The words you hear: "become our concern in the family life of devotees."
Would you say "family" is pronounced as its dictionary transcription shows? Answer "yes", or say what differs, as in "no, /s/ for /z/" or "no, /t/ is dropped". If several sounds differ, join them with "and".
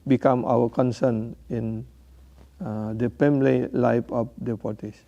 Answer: no, /p/ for /f/